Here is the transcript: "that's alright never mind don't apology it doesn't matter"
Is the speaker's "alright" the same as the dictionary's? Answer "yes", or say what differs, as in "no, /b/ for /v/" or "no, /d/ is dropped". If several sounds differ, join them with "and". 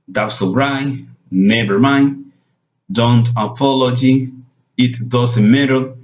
no, /l/ is dropped